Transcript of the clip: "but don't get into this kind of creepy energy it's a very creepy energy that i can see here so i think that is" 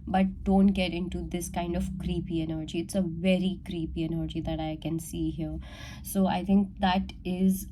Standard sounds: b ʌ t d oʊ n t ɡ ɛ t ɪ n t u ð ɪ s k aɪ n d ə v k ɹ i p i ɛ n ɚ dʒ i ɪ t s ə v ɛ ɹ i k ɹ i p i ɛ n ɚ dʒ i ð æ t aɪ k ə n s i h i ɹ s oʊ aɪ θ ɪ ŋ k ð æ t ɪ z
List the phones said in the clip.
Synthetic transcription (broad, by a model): b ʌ t d oʊ n t ɡ ɛ t ɪ n t u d ɪ s k aɪ n d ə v k ɹ i p i ɛ n ɚ dʒ i ɪ t s ə v ɛ ɹ i k ɹ i p i ɛ n ɚ dʒ i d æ t aɪ k ə n s i h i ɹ s oʊ aɪ t ɪ ŋ k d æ t ɪ z